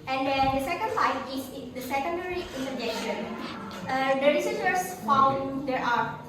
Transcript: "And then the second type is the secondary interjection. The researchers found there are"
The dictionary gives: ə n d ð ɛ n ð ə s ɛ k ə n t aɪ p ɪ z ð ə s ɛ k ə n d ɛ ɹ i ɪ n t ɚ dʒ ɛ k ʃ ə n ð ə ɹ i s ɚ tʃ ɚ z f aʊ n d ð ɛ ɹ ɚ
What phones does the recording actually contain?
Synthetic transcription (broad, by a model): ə n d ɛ n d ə s ɛ k ə n s aɪ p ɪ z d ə s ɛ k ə n d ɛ ɹ i ɪ n t ɚ dʒ ɛ k ʃ ə n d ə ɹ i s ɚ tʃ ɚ s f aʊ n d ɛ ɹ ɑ